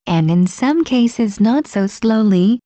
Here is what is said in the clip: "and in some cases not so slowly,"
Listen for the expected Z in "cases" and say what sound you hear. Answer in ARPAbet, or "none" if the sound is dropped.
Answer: Z